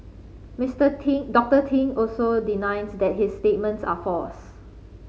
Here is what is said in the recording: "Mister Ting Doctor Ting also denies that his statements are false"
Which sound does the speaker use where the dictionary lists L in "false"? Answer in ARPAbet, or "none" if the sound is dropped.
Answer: none